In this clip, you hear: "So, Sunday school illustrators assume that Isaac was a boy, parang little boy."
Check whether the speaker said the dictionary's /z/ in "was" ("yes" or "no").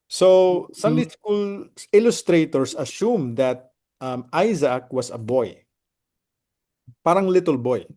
no